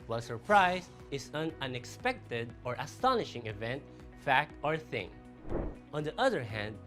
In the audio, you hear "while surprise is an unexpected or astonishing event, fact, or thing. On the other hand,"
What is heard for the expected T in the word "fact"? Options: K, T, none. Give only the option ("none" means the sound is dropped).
T